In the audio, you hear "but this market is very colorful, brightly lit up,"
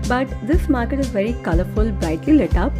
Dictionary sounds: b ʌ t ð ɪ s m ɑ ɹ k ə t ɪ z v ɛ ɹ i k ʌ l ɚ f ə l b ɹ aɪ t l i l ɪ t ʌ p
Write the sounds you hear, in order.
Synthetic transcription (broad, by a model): b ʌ t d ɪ s m ɑ ɹ k ə t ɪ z v ɛ ɹ i k ʌ l ɚ f ə l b aɪ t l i l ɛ t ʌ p